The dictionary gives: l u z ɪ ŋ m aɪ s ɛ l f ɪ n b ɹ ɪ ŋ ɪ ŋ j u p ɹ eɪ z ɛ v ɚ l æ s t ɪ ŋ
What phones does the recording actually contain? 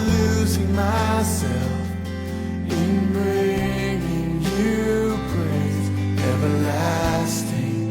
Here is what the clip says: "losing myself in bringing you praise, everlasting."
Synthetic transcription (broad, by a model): l u z ɪ ŋ m aɪ s ɛ l f ɪ n b ɹ ɪ ŋ ɪ ŋ j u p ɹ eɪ s ɛ v ɚ l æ s t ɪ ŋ